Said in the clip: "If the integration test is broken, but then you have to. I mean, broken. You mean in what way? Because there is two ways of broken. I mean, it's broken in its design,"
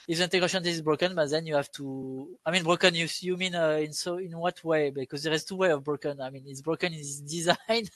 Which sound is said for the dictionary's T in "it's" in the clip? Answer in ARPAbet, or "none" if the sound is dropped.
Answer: T